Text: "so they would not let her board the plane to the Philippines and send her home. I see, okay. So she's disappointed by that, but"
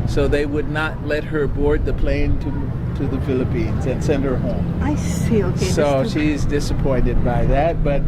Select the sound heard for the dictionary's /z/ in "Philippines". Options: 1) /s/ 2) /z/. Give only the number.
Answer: 2